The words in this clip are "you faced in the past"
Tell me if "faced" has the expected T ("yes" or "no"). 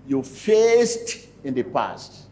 yes